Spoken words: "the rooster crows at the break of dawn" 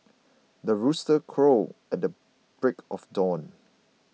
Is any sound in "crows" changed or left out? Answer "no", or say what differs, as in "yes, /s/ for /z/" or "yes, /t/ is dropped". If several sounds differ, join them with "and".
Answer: yes, /z/ is dropped